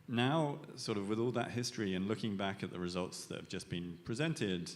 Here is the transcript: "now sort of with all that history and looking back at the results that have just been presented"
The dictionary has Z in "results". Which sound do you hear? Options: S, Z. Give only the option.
Z